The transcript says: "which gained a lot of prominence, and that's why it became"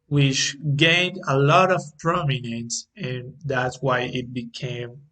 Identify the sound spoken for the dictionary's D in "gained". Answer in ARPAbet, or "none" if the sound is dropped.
D